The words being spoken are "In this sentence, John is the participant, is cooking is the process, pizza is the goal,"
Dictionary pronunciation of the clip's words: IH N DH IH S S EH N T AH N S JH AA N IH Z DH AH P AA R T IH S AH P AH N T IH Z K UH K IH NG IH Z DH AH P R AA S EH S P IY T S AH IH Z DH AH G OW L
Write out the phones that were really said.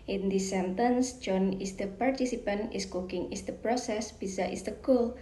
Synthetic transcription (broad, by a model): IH N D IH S S EH N T AH N S JH AA N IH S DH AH P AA R T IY S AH P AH N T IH S K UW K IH NG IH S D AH P R AA S EH S B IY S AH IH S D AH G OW L